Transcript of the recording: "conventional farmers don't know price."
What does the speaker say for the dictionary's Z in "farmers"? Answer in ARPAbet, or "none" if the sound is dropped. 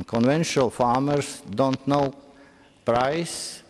S